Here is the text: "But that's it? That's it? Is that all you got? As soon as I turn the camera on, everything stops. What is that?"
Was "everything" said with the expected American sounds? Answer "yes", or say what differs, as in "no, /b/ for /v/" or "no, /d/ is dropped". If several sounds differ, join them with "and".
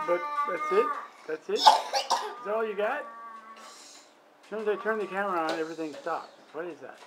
yes